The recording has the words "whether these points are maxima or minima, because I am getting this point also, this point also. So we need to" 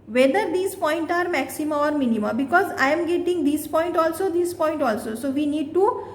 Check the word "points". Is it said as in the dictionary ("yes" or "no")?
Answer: no